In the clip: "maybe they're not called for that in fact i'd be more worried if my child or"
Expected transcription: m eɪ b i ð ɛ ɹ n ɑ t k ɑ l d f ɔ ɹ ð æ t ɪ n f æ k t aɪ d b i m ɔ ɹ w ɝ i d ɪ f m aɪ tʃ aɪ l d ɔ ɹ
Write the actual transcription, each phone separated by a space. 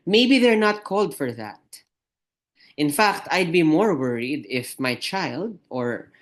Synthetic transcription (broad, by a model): m eɪ b i ð ɛ ɹ n ɑ t k ɑ l d f ɔ ɹ ð æ t ɪ n f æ k t aɪ d b i m ɔ ɹ w ɝ i d ɪ f m aɪ tʃ aɪ l d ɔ ɹ